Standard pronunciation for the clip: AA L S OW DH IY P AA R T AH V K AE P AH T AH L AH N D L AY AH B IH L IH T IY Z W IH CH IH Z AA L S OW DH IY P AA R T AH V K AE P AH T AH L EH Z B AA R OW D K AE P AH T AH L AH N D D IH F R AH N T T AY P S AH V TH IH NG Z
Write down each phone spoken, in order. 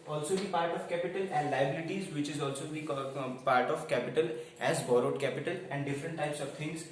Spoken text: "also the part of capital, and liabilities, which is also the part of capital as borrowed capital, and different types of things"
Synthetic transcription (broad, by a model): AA L S OW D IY P AA R T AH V K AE P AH T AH L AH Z L AY AH B IH L IH T IY Z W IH CH IH Z AA L S OW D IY P AA R T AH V K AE P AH T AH L EH Z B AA R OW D K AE P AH T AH L AH N D D IH F R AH N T T AY P S AH V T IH NG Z